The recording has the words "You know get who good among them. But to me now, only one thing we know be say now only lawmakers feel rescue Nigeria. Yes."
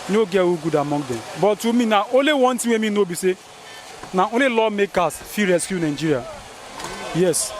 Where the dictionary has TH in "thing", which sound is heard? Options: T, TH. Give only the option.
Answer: T